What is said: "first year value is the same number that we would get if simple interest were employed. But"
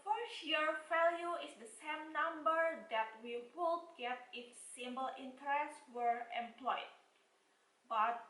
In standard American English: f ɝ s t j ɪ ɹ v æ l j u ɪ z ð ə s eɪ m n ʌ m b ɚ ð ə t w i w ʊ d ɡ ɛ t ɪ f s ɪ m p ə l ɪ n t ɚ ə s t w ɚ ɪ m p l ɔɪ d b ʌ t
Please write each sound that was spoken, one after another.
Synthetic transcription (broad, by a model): f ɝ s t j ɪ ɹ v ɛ l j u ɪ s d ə s eɪ m n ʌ m b ɚ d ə t w i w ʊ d ɡ ɛ t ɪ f s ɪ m b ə l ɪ n t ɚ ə s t w ɚ ɪ m p l ɔɪ d b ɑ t